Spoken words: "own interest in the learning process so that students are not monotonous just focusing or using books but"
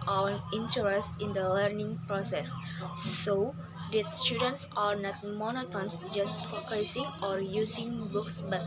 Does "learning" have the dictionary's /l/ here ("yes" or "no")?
yes